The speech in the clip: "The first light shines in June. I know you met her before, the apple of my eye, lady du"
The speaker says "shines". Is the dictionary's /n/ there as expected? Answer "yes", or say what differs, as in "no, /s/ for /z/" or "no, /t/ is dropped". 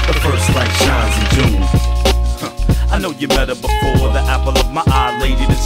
no, /n/ is dropped